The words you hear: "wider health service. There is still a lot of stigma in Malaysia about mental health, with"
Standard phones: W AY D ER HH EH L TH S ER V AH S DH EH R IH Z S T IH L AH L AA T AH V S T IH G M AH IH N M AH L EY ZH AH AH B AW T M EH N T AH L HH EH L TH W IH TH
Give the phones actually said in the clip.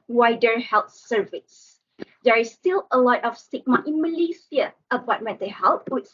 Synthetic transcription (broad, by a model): W AY D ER HH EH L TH S ER V AH S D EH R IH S T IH L AH L AA T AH F S T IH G M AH IH N M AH L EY S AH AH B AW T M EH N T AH HH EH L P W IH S